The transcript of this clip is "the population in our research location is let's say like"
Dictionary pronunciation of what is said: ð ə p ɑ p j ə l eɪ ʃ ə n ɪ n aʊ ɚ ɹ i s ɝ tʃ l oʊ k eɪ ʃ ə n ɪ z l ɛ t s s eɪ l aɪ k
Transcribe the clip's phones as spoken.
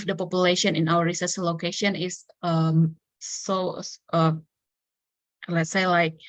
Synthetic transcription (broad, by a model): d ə p ɑ p j ə l eɪ ʃ ə n ɪ n aʊ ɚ ɹ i s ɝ s l oʊ k eɪ ʃ ə n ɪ s l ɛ t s s eɪ l aɪ k